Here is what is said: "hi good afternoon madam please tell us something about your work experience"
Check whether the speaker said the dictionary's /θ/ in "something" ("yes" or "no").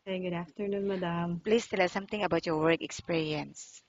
no